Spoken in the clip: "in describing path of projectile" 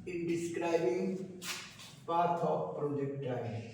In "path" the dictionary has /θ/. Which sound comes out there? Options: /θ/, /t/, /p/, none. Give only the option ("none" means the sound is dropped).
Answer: /t/